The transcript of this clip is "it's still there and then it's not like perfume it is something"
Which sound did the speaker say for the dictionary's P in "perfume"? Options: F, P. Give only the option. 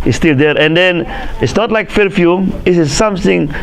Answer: F